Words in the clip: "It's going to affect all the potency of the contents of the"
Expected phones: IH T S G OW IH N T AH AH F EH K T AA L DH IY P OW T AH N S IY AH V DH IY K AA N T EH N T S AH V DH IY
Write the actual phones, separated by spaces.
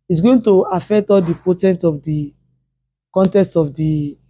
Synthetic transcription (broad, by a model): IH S G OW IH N T AH AH F EH K T AA L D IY P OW T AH N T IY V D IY K AA N T EH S T AH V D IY